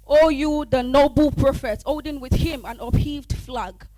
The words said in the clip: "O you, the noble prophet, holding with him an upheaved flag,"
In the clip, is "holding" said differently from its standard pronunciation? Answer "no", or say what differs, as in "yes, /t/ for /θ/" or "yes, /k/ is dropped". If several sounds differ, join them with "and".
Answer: yes, /l/ is dropped